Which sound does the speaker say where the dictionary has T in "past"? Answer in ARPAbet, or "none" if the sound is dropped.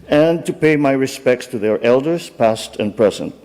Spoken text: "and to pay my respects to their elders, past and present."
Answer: T